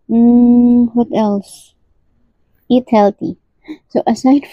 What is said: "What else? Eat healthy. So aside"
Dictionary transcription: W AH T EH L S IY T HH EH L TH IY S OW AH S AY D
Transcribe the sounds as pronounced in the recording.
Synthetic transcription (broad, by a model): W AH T EH L S IY T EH L T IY S OW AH S AY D